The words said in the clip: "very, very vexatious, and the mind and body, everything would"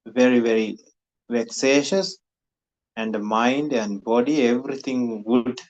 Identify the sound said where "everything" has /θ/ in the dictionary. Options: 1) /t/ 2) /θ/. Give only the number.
1